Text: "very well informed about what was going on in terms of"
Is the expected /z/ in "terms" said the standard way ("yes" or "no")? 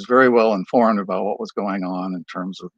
yes